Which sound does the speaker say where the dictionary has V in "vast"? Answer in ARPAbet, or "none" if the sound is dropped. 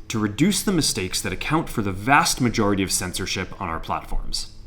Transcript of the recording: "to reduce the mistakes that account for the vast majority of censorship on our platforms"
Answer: V